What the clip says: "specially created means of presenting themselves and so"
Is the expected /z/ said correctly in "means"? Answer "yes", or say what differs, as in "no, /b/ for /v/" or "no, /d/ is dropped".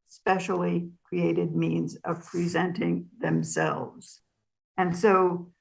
yes